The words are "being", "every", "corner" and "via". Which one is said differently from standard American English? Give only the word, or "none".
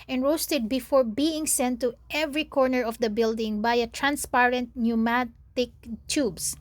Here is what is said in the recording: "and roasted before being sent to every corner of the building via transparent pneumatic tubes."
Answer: via